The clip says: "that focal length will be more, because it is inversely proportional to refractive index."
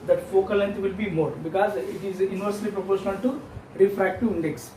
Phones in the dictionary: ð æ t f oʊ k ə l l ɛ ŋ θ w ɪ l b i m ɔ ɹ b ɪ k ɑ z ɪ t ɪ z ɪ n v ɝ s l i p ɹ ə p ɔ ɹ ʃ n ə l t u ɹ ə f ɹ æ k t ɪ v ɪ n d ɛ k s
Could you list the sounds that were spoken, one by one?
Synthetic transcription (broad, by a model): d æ t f oʊ k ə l l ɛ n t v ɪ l b i m ɔ ɹ b ɪ k ɑ z ɪ t ɪ z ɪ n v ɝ s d i p ɹ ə p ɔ ɹ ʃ ə n t u ɹ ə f ɹ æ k t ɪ ɪ n d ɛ k s